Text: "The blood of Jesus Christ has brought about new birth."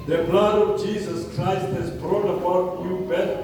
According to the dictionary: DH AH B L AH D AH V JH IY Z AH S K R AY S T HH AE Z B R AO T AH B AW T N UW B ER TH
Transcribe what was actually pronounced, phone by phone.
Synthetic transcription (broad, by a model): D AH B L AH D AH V JH IY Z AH S K R AY S T HH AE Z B R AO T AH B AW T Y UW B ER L